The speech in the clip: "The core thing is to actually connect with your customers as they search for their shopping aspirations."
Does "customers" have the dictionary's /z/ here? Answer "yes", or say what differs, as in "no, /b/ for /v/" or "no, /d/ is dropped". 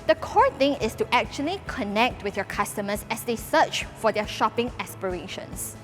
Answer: no, /s/ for /z/